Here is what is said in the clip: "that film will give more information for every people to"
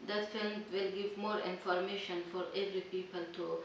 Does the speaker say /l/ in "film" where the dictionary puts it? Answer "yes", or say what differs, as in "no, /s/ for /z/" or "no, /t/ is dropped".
yes